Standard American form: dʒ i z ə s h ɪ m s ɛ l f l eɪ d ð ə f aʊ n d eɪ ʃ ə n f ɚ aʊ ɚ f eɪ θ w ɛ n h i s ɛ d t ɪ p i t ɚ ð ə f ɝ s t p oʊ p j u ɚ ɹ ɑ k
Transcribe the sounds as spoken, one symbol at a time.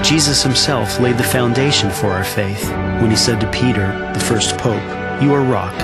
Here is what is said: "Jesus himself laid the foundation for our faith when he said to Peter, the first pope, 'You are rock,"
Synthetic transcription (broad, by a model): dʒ i z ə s h ɪ m s ɛ l f l eɪ d ð ə f aʊ n d eɪ ʃ ə n f ɚ aʊ ɚ f eɪ θ w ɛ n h i s ɛ d t ɪ p i t ɚ ð ə f ɝ s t p oʊ p j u ɚ ɹ ɑ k